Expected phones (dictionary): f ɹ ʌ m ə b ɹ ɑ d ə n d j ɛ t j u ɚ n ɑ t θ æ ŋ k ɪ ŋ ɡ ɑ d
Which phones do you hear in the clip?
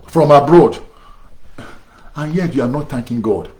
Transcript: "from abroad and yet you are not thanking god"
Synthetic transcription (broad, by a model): f ɹ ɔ m ə b ɹ ɑ d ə n j ɛ t j u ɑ n ɑ t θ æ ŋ k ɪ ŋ ɡ ɑ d